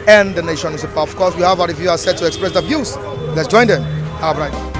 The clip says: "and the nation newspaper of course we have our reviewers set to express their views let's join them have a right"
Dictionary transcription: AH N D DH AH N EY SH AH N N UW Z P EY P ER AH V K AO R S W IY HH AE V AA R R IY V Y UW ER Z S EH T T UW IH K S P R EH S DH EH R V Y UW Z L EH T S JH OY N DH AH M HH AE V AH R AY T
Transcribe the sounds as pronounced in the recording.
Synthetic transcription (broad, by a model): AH N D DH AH N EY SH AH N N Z AH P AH F K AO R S W IY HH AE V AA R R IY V Y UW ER S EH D T UW IH K S P R EH S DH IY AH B Y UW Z L EH T S JH OY N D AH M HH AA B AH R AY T